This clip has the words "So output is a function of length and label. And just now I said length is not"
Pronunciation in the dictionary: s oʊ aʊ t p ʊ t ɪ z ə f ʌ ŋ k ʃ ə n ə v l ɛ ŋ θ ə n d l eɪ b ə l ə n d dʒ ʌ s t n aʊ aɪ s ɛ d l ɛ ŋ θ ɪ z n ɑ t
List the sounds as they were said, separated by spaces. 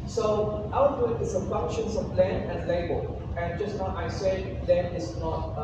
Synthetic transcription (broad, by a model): s oʊ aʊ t ʊ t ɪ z ə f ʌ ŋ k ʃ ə n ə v l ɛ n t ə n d l eɪ b ə l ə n dʒ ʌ s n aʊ aɪ s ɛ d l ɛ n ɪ s n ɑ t